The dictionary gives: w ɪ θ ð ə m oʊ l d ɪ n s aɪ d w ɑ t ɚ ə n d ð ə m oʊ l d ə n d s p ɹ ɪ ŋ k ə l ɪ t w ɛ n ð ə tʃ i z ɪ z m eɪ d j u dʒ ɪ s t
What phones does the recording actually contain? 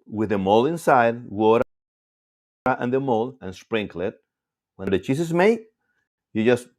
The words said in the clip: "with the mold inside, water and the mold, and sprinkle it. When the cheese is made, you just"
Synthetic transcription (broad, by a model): w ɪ ð ə m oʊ l ɪ n s aɪ d w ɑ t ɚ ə n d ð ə m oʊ l ə n s p ɹ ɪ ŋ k l ɪ t w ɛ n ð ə tʃ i s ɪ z m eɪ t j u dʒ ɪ s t